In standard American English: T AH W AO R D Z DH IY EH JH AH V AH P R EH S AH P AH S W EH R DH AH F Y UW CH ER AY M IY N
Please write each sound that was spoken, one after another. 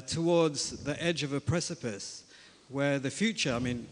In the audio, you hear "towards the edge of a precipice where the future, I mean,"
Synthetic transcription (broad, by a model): T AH W AO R D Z DH IY EH JH AH V AH P R EH S AH P AH S W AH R DH AH F Y UW CH ER AY M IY N